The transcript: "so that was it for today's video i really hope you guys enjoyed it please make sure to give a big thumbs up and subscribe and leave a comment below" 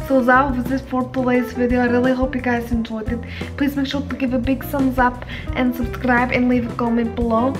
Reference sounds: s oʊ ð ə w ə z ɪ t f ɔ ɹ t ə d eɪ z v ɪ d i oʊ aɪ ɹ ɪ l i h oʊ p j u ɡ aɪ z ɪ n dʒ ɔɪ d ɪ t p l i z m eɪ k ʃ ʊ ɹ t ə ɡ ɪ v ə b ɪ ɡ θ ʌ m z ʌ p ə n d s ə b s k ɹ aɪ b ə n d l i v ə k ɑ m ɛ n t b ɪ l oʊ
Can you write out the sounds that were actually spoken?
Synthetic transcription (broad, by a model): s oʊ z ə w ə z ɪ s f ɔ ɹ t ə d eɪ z v ɪ d i oʊ aɪ ɹ ɪ l i h oʊ p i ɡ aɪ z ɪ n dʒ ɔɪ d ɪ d p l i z m eɪ k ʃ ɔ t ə ɡ ɪ v ə b ɪ ɡ s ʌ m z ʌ p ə n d s ə b s k ɹ aɪ b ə n l i v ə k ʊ m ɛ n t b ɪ l oʊ